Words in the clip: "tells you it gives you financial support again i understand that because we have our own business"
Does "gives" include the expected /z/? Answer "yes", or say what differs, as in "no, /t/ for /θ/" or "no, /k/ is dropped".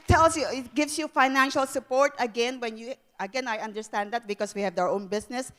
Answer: no, /s/ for /z/